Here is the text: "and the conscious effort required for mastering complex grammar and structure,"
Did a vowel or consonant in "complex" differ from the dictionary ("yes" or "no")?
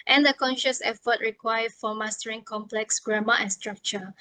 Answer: no